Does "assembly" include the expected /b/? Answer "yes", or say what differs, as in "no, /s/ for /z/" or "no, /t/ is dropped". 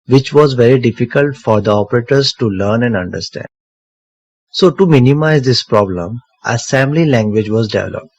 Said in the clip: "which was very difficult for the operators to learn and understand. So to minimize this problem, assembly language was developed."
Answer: no, /b/ is dropped